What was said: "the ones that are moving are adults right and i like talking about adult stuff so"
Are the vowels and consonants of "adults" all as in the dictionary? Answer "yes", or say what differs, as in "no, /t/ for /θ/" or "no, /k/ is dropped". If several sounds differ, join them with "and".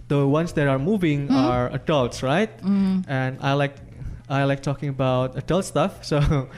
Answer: yes